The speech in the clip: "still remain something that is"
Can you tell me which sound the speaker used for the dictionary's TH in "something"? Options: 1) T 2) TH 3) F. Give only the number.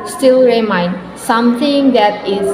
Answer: 1